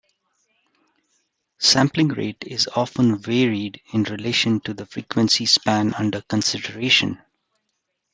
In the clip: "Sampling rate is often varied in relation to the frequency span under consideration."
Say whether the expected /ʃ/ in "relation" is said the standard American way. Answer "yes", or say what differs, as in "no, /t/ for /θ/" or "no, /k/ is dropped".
yes